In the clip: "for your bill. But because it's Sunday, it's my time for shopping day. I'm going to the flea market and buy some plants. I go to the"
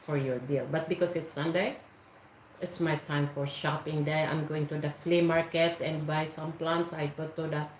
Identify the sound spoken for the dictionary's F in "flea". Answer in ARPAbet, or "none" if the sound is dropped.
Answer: F